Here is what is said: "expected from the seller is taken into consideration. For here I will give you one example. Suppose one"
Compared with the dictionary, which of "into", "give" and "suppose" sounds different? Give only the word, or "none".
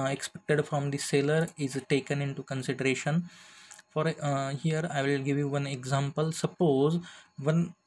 none